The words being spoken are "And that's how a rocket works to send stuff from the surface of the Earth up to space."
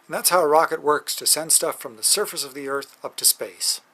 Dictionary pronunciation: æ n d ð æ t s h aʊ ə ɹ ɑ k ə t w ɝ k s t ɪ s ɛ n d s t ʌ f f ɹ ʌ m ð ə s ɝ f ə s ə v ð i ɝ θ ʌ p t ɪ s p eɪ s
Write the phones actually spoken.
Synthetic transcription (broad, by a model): n ð æ t s h aʊ ə ɹ ɑ k ə t w ɝ k s t ɪ s ɛ n d s t ʌ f f ɹ ʌ m ð ə s ɝ f ə s ə v ð i ɝ θ ʌ p t ɪ s p eɪ s